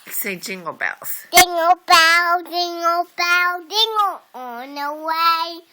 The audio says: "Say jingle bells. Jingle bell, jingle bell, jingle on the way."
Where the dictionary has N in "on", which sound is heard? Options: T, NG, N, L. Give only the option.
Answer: N